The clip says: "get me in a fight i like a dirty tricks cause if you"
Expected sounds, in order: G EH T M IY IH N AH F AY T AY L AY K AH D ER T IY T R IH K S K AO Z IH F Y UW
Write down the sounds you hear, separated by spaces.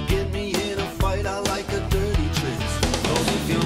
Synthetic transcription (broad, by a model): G EH T M IY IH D AH F AY T AY L AY K AH D ER T IY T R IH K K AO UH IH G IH